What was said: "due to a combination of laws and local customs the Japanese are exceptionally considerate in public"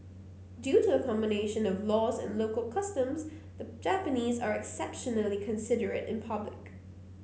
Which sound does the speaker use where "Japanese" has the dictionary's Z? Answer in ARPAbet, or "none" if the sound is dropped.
Z